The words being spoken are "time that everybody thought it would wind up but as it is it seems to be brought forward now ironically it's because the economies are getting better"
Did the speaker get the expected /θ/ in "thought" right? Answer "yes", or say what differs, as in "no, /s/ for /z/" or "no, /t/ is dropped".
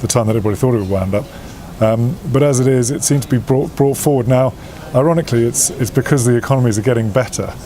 yes